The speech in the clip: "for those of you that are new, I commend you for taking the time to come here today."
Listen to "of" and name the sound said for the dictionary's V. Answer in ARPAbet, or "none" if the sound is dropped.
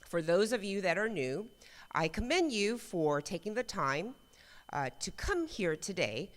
V